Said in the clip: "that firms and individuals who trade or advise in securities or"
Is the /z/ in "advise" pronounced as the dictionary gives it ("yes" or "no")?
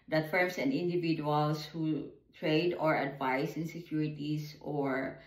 no